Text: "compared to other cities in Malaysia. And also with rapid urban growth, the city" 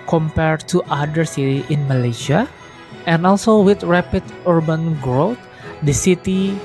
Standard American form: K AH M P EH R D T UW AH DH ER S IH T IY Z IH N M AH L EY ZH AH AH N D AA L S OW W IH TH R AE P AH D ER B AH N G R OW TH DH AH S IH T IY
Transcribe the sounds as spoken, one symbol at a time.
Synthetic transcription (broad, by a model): K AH M P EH R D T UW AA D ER S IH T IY IH N M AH L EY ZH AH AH N AA L S OW W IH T R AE P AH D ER B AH N G R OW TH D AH S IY T IY